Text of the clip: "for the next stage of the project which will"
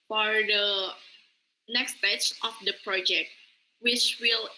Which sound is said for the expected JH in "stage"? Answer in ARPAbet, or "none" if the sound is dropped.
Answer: CH